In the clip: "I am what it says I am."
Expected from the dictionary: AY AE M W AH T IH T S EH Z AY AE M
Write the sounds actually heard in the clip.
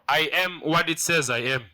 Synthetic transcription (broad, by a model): AY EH M W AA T IH T S EH Z AY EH M